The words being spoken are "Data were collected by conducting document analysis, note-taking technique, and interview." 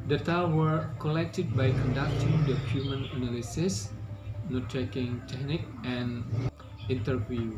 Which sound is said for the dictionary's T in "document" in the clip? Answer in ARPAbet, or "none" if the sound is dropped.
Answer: none